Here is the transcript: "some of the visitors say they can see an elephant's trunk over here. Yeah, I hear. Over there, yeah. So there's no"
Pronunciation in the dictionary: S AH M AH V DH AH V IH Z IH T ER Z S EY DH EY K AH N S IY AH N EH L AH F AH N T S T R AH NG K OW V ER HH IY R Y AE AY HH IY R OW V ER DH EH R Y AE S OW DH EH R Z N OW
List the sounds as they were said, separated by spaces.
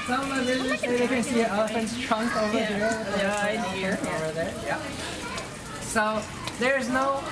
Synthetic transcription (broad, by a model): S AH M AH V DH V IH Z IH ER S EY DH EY K AH N S IY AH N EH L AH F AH N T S T R AH NG K OW V ER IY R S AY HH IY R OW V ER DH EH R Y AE S OW DH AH R Z N OW